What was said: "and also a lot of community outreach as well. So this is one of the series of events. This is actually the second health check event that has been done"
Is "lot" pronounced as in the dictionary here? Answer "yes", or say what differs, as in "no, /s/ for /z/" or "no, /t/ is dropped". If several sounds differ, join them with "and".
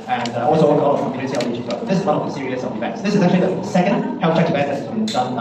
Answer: no, /w/ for /l/